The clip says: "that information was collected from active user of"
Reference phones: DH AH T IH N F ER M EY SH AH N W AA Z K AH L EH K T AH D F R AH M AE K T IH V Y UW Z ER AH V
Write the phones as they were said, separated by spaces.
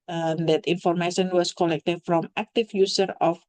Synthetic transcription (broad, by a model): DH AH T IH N F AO M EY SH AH N W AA S K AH L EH K T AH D F R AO M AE K T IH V Y UW S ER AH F